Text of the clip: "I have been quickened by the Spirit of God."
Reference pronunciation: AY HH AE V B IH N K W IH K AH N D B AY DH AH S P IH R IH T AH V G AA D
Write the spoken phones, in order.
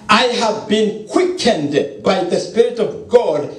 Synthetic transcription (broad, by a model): AY HH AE V B IH N K W IH K AH N D B AY DH AH S P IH R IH T AH V G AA D